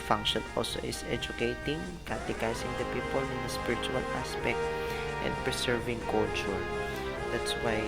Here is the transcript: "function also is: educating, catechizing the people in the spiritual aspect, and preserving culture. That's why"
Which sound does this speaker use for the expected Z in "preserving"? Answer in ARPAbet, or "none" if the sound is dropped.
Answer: S